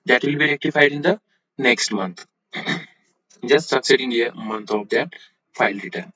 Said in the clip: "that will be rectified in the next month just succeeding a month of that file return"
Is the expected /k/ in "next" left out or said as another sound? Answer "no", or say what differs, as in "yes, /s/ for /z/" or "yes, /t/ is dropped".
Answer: no